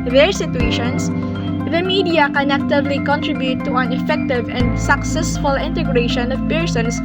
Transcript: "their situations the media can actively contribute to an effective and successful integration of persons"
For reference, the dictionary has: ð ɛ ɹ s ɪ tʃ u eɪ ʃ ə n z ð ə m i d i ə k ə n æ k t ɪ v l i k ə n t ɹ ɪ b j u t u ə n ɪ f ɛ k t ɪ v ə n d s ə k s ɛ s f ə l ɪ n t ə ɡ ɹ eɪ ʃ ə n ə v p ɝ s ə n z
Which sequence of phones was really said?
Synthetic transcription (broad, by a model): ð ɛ ɹ s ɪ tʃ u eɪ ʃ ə n s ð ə m i d i ə k ə n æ k t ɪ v l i k ə n t ɹ ɪ b j u t u ə n ɪ f ɛ k t ɪ v ə n d s ə k s ɛ s f ə l ɪ n t ə ɡ ɹ eɪ ʃ ə n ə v p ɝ s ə n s